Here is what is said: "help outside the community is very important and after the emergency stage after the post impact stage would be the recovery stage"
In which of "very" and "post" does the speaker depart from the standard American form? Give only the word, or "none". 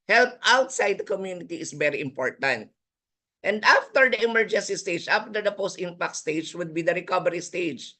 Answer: none